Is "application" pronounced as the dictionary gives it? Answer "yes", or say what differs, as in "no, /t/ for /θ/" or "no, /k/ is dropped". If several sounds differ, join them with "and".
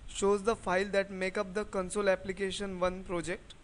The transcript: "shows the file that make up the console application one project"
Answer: yes